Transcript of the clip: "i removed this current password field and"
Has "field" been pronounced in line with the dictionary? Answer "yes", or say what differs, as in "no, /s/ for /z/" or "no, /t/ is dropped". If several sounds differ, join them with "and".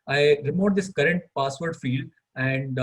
yes